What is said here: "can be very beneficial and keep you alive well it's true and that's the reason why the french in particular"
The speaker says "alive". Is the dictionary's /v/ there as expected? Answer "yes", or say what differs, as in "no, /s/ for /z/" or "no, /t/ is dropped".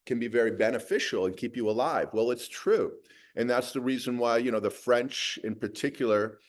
yes